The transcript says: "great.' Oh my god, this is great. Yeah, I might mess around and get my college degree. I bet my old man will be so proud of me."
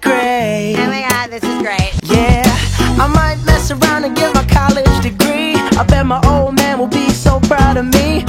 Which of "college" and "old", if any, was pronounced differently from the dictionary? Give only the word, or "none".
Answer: none